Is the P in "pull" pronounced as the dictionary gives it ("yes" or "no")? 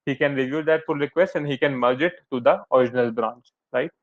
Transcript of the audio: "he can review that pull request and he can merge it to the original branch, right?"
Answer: no